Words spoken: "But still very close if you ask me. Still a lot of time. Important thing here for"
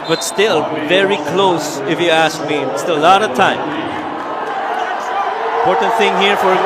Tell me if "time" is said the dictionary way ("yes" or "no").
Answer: no